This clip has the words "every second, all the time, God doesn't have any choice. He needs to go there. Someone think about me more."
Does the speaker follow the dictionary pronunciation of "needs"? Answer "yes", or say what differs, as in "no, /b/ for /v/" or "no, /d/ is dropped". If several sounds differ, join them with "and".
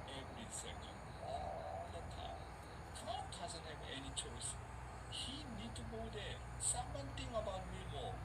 no, /z/ is dropped